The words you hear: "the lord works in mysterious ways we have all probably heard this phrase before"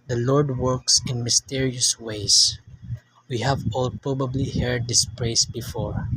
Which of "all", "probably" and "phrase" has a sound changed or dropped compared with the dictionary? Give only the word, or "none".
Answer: phrase